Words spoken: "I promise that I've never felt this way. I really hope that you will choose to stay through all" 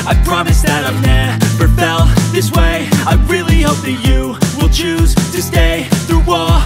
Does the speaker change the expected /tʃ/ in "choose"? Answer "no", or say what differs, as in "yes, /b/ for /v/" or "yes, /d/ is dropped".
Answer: no